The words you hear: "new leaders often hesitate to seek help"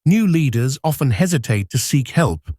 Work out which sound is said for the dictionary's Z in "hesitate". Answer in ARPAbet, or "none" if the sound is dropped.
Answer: Z